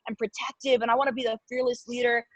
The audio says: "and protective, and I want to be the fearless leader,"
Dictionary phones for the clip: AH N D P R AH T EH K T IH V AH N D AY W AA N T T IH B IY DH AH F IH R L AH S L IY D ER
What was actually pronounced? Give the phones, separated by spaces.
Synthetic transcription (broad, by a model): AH N P R AH T EH K T IH V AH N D AY W AA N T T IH B IY DH AH F IH R L AH S L IY D ER